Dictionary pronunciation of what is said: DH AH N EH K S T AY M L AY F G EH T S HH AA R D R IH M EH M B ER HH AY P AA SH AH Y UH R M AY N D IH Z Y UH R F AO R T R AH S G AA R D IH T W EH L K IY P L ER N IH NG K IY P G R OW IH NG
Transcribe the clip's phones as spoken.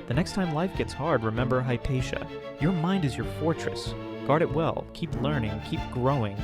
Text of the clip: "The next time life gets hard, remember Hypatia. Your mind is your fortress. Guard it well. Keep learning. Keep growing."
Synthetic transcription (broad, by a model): DH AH N EH K S T AY M L AY F G EH T S HH AA R D R IH M EH M B ER HH AY P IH SH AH Y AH R M AY N D IH Z Y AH R F AO R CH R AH S G AA R D IH T W EH L K IY P L ER N IH NG K IY P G R OW IH NG